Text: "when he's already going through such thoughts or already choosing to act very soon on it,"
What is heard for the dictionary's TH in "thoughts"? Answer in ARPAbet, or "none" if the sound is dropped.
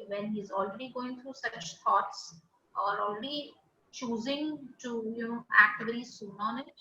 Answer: T